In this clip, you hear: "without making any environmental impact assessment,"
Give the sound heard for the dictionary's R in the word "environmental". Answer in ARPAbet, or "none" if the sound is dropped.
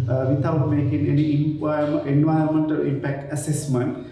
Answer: none